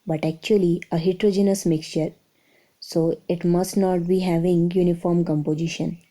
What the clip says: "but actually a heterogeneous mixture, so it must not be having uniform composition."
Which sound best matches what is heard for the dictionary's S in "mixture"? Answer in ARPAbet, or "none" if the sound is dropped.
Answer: S